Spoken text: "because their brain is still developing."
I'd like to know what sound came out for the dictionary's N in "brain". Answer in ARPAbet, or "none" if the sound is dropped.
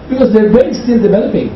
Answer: none